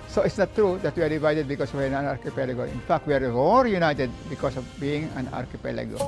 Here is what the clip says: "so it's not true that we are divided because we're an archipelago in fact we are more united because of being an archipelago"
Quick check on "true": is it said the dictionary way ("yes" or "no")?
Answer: yes